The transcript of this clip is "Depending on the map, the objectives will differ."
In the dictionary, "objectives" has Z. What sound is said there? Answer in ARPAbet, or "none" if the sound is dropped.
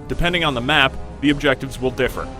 Z